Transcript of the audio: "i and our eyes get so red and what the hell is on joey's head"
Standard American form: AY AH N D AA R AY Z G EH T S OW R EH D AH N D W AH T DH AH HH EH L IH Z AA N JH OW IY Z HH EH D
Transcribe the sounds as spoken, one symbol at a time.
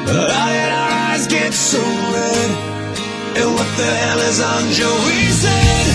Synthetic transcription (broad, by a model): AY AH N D AA R AY Z G EH T S OW R EH D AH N W AH T DH AH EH L IH Z AA N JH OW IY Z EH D